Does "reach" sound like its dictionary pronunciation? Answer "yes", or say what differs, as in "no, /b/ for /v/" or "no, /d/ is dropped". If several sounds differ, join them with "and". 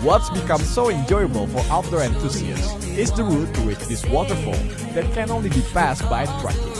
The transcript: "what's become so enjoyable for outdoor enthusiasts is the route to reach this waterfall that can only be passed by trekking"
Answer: no, /w/ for /ɹ/